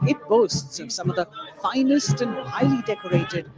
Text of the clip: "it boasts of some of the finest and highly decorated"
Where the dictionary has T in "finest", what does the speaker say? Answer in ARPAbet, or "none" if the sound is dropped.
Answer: T